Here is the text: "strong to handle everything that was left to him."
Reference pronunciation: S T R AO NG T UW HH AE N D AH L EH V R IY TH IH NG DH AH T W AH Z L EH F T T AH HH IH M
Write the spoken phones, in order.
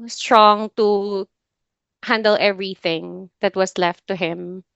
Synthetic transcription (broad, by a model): S T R AO NG T UW HH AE N D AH L EH V R IY TH IH NG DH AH T W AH S L EH F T T AH HH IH M